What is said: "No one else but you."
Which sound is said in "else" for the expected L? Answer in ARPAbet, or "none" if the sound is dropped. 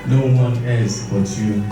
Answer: none